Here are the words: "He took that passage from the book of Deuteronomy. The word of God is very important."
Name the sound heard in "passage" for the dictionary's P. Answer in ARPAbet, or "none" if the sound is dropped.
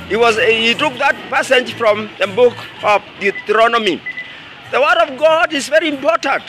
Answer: P